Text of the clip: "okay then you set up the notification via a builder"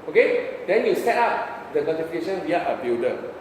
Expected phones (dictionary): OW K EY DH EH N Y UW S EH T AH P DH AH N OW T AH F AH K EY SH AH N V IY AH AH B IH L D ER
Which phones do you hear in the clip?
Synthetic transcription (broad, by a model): OW K EY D EH N Y UW S EH T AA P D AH N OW T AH F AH K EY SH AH N W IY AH AH B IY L D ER